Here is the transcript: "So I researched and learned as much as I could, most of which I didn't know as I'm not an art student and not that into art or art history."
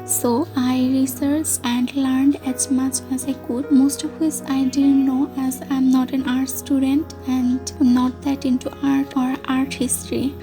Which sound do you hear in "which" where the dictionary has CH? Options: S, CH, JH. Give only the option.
S